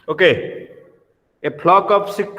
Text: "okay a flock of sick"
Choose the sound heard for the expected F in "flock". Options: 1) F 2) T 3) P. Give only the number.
3